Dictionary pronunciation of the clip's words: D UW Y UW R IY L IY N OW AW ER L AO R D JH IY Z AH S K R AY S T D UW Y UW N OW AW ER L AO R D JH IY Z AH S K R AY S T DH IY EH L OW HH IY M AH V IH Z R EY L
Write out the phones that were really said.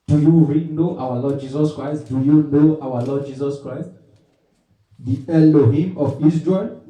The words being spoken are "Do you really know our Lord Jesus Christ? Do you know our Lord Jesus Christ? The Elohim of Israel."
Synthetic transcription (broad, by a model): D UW Y UW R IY N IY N AW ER L AO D JH IY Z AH S K R AY S T D UW Y UW N OW AW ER L AO D JH IY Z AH S K R AY S T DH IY EH L OW HH IY M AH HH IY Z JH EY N